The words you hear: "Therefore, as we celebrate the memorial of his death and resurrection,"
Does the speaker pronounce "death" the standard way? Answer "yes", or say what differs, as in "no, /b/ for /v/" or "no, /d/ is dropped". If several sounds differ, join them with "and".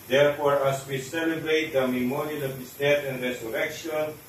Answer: no, /t/ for /θ/